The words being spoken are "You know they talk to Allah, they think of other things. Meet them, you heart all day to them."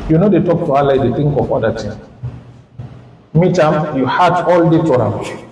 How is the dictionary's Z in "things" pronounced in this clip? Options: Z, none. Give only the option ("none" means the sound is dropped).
none